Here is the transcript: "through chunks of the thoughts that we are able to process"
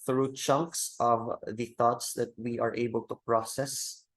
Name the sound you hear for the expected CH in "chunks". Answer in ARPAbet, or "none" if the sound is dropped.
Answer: CH